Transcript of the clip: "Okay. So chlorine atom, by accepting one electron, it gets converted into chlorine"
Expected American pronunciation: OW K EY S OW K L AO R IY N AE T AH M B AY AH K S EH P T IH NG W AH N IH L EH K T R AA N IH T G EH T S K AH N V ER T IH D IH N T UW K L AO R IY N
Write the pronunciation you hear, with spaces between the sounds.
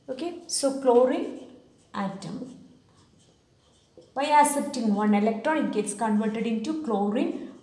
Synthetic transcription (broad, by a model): OW K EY S OW K L AO R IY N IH T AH M B AY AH S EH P T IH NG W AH N IH L EH K T R AA N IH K G EH T S K AH N V ER T IH D IH N T UW K L AO R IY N